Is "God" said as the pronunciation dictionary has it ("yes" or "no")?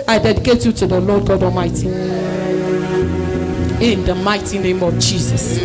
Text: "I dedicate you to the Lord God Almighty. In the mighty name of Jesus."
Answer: yes